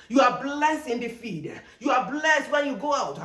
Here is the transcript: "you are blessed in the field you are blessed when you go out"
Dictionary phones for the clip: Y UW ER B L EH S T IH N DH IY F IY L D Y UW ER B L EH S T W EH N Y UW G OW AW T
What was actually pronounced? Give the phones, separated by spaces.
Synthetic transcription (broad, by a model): Y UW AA B L EH S T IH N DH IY F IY D Y UW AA B L EH S T W EH N Y UW G OW AW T